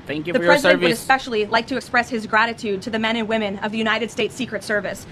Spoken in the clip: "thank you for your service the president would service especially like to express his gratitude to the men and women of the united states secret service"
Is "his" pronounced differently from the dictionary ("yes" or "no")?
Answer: no